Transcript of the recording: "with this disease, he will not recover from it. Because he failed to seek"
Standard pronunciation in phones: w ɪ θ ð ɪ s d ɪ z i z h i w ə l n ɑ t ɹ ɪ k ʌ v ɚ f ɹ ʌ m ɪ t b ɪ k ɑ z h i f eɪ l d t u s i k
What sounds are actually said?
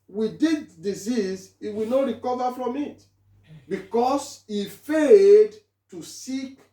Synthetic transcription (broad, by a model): w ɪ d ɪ d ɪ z i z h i w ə n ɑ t ɹ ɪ k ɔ v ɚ f ɹ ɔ m ɪ t b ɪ k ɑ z h i f eɪ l d t u s i k